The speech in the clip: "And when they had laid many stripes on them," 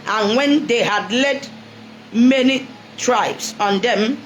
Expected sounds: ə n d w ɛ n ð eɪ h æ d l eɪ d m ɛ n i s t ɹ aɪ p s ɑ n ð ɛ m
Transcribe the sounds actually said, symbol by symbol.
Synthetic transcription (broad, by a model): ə n w ɛ n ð eɪ h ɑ d l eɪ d m ɛ n i t ɹ aɪ b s ɑ n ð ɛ m